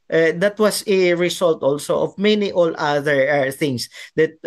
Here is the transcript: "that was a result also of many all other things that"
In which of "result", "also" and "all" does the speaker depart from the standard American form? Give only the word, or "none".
result